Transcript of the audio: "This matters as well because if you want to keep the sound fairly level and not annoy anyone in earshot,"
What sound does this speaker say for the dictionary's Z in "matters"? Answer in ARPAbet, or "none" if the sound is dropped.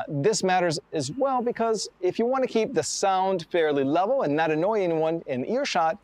Z